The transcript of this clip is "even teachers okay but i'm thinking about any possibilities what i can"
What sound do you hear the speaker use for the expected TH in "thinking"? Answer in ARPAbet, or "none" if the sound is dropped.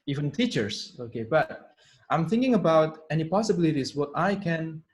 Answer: TH